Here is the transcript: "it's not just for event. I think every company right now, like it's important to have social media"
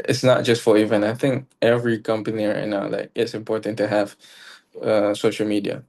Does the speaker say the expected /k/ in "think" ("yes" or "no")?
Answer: yes